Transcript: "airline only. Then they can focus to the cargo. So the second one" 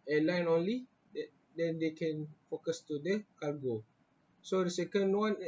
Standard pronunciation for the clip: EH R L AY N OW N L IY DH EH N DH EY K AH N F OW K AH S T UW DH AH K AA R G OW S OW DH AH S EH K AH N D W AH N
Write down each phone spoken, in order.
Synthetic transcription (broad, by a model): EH L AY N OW N L IY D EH N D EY K AH N F OW K AH S T UW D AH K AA L G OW S OW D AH S EH K AH N D W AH N